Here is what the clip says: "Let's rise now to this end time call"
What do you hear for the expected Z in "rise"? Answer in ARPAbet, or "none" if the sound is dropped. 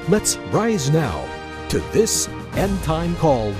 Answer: Z